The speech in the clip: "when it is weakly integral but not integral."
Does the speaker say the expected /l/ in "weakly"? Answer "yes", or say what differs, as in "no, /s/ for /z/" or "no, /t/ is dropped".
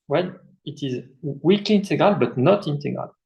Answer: no, /l/ is dropped